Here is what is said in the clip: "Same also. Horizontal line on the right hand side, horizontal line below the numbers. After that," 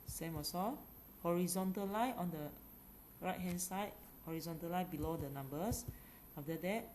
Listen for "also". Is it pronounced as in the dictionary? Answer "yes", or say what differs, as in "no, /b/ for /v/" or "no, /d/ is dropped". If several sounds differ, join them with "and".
no, /l/ is dropped